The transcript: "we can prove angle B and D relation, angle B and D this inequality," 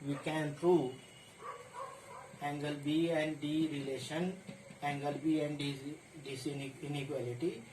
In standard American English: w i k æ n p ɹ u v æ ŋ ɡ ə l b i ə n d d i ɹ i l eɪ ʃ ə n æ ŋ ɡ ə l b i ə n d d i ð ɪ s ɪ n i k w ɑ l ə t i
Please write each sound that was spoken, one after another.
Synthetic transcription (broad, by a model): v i k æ n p ɹ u æ ŋ ɡ ə l b i ə n d d i ɹ i l eɪ ʃ ə n æ ŋ ɡ ə l b i ə n d d i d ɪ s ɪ n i k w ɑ l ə t i